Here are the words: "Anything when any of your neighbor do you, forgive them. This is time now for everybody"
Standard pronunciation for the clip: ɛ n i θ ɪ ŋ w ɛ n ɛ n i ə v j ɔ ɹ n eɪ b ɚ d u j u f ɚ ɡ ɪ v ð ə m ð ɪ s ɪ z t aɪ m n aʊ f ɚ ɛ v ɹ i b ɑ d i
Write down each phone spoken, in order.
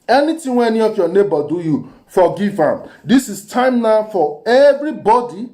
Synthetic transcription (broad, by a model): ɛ n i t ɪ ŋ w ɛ ɛ n i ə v j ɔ n eɪ b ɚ d u j u f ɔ ɡ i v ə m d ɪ s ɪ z t aɪ m n aʊ f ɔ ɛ v ɹ i b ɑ d i